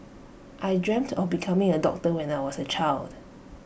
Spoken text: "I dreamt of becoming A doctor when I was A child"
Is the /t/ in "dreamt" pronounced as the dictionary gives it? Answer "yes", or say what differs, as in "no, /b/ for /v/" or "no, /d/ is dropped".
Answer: yes